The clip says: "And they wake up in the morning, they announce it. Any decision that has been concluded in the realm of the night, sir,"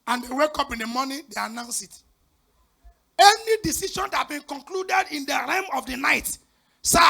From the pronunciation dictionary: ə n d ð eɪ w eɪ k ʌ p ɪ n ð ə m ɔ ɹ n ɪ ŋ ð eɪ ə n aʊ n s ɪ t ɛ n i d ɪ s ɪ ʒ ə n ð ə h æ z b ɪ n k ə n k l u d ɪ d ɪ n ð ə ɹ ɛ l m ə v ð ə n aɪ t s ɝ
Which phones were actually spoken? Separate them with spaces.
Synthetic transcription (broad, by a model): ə n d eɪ w eɪ k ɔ p ɪ n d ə m ɔ n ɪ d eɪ ə n aʊ n s ɪ t ɛ n i d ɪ s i ʃ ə n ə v b ɪ n k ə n k l u d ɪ d ɪ n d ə ɹ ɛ m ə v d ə n aɪ t s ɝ